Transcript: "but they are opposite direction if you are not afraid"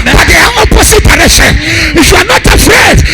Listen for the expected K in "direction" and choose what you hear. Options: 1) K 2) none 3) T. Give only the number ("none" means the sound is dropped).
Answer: 2